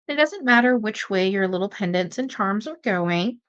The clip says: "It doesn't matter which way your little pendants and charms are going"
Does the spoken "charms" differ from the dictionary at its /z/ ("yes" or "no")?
no